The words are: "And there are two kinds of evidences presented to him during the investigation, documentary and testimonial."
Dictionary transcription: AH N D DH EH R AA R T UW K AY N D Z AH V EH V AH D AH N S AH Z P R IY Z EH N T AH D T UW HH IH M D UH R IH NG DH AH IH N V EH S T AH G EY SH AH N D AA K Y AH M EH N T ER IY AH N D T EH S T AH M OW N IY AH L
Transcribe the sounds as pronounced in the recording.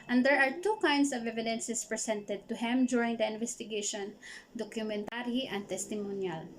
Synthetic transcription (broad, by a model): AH N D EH R AA R T UW K AY N D S AH V EH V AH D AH N S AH S P R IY S EH N T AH D T UW HH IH M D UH R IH NG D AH IH N V EH S T AH G EY SH AH N D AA K Y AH M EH N T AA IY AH N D T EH S T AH M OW N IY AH L